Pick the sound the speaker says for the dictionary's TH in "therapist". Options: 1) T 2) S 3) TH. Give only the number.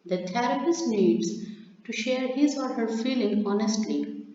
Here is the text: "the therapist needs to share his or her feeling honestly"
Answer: 1